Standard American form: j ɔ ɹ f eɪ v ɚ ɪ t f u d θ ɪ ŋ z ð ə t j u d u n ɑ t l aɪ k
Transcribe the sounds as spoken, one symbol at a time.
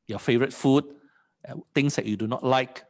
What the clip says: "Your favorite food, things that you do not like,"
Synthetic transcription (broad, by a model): j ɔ f eɪ v ɚ ɪ t f u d t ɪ ŋ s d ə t j u d u n ɑ t l aɪ k